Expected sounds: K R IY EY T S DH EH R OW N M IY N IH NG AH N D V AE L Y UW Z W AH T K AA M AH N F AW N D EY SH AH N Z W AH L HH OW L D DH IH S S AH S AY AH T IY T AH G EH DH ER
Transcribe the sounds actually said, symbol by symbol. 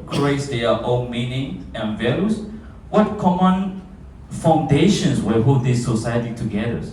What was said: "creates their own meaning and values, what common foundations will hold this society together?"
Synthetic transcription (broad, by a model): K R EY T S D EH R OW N M IY N IH NG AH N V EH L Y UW S W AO T K AA M AH N F AW N D EY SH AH N S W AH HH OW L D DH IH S S AH S AY AH T IY T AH G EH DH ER